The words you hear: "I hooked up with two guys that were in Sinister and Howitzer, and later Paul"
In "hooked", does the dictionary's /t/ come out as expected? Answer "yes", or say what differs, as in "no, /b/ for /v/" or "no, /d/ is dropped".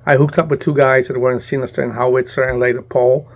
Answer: yes